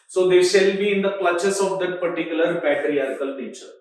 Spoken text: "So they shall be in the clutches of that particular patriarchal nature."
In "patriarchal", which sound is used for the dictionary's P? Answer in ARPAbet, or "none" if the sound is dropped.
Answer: B